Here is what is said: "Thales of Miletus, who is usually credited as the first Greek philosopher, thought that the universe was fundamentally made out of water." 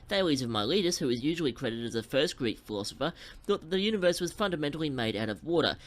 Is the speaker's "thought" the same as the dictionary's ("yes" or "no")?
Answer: yes